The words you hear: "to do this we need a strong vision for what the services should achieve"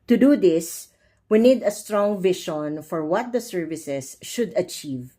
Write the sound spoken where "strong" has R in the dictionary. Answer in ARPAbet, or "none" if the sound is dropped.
R